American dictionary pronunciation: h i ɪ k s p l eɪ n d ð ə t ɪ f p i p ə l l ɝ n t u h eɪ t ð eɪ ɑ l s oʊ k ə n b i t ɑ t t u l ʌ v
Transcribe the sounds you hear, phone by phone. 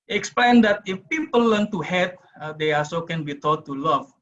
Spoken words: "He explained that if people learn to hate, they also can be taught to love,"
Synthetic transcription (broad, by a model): ɪ k s p l eɪ n d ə t ɪ f p i p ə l l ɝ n t u h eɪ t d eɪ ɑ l s oʊ k ə n b i t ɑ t t u l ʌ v